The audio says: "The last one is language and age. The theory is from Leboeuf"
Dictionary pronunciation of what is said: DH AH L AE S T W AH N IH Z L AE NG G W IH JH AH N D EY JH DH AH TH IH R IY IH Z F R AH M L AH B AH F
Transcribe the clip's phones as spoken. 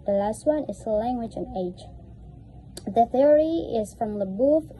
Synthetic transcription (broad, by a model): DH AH L AE S T W AH N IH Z L AE NG G W IH JH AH N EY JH DH AH TH IH R IY IH Z F R AH M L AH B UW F